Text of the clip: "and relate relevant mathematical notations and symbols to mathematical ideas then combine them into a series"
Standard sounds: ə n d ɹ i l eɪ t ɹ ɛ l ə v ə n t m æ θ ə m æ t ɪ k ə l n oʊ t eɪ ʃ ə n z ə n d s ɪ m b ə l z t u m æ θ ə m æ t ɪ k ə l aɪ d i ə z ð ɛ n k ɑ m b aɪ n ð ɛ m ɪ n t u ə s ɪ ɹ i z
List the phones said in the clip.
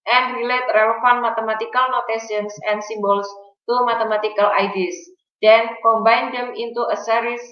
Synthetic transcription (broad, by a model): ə n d ɹ i l eɪ t ɹ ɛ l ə f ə n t m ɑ t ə m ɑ t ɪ k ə l n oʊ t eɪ s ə n s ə n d s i m b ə l s t u m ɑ t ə m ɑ t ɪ k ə l aɪ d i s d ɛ n k ɑ m b aɪ n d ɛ m ɪ n t u ə s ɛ ɹ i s